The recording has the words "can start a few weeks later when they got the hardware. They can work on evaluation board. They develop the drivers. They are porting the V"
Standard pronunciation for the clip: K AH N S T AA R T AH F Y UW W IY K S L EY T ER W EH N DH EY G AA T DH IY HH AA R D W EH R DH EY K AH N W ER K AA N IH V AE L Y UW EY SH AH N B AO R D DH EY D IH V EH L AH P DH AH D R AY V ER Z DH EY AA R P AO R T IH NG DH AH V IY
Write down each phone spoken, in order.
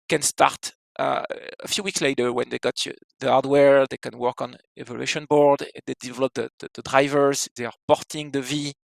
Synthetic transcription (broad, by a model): K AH N S T AA R T AH F Y UW W IY K S L EY T ER W EH N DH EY G AA T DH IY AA R D W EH R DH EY K AH N W ER K AA N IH V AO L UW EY SH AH N B AO R D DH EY D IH V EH L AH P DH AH D R AY V ER Z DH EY AA R P AO R T IH NG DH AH V IY